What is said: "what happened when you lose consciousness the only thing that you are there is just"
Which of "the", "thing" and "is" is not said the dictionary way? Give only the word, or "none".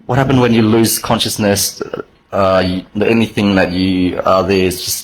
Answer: none